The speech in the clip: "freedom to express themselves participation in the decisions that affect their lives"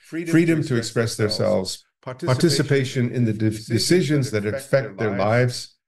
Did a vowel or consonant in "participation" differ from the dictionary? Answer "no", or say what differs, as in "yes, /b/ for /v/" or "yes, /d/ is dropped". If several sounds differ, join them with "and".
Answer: no